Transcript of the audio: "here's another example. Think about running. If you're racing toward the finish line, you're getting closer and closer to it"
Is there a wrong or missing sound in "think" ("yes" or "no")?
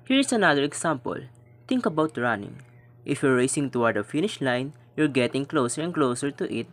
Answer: yes